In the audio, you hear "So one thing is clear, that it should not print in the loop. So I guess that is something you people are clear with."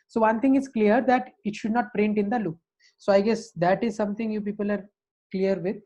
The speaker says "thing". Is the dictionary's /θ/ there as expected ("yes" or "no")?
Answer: no